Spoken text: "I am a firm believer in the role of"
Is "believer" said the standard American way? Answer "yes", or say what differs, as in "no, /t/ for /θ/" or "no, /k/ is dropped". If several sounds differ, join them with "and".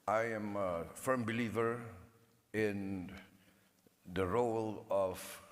yes